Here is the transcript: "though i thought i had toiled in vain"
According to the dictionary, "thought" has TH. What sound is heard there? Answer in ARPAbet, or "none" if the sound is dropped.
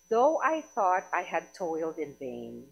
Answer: TH